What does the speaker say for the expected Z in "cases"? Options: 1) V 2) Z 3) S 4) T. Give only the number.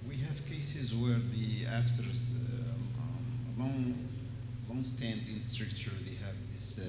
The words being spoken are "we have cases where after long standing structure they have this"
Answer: 2